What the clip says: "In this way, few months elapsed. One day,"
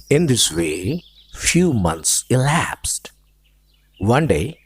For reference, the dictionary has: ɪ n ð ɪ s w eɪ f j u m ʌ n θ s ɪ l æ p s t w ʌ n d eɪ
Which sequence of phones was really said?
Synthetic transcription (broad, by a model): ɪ n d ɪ s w eɪ f j u m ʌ n t s ɪ l æ p s t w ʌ n d eɪ